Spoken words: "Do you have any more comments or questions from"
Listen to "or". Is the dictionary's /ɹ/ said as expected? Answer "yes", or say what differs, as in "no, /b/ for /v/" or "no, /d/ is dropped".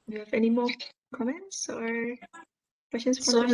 yes